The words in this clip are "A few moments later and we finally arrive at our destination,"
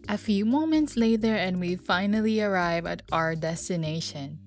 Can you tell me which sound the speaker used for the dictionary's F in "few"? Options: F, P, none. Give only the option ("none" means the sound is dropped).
F